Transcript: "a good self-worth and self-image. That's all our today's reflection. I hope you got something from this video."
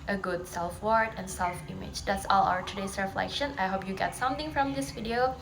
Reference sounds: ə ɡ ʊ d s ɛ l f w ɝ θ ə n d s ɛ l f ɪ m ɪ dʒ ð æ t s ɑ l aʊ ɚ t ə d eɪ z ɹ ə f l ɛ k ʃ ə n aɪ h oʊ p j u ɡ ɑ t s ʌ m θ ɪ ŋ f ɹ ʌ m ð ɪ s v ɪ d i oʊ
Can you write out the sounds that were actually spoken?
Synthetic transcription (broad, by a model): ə ɡ ʊ d s ɛ l f w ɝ t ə n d s ɛ l f ɪ m ɪ dʒ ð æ t s ɑ l aʊ ɚ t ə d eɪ s ɹ ə f l ɛ k ʃ ə n aɪ h oʊ p j u ɡ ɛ t s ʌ m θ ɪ ŋ f ɹ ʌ m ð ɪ s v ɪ d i oʊ